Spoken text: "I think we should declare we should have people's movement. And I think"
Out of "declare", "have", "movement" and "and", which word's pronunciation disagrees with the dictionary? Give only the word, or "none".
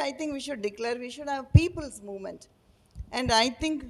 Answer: none